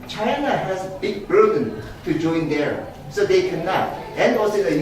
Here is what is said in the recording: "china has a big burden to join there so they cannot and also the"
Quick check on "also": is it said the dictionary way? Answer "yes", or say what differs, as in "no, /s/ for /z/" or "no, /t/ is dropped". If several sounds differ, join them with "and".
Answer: no, /l/ is dropped